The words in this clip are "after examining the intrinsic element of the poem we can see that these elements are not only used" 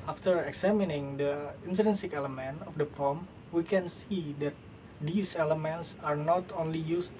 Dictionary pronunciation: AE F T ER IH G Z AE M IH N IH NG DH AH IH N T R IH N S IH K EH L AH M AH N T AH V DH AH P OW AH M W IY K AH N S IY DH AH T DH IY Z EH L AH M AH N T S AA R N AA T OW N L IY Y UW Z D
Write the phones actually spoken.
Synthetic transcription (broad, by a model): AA F T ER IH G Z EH M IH N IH NG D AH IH N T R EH N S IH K EH L AH M AH N T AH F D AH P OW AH M W IY K AH N S IY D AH T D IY S EH L AH M AH N T S AA R N AA T OW N L IY Y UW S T